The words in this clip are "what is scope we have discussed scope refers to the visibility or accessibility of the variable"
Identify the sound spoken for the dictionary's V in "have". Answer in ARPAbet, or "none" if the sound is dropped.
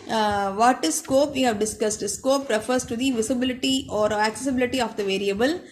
V